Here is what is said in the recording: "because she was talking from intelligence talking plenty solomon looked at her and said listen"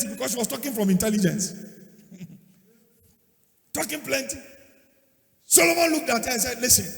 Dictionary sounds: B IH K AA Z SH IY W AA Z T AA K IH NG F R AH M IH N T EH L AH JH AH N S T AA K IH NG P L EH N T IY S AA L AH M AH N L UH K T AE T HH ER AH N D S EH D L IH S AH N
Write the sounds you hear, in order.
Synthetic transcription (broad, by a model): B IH K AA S SH IY W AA S T AA K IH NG F R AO M IH N T EH L AH JH AH N S T AA K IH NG P L EH N T IY S AA L AH M AH N L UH K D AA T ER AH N S EH D L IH S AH N